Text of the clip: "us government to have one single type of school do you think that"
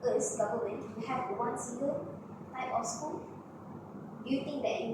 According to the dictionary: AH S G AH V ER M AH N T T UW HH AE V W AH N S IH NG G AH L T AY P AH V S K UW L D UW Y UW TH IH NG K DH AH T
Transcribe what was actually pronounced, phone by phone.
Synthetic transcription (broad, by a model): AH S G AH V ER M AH N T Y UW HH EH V W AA N S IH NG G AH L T AY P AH F S K UW L D UW Y UW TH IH NG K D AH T